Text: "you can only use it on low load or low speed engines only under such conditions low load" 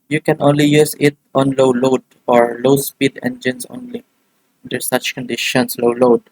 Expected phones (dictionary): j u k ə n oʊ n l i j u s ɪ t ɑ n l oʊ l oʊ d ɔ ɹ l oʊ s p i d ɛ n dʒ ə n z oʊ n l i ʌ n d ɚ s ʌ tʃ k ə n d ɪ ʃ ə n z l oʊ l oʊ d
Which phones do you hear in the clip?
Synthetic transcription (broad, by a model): j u k ə n oʊ n l i j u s ɪ t ɑ n l oʊ l oʊ d ɔ ɹ l oʊ s p i d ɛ n dʒ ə n s oʊ n l i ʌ n d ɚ s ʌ tʃ k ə n d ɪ ʃ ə n s l oʊ l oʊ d